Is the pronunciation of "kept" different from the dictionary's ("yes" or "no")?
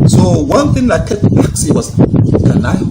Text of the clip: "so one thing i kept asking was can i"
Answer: yes